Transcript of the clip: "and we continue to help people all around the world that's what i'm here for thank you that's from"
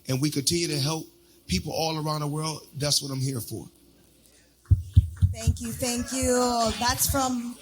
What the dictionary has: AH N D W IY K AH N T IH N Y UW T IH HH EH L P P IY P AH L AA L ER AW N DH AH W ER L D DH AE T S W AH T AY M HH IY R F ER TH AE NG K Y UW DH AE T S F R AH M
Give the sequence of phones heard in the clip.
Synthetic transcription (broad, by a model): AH N W IY K AH N T IH N Y UW T IH HH EH L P P IY P L AA L ER AW N DH AH W ER L D DH AE T S W AH T AY M HH IY R F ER TH AE NG K Y UW DH AE T S F R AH M